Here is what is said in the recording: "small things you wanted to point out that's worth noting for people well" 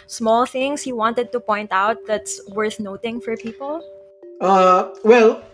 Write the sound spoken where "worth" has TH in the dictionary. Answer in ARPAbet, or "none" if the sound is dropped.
TH